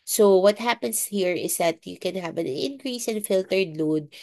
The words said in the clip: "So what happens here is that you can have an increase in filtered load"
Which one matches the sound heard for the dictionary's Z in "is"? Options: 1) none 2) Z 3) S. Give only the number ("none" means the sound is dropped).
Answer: 3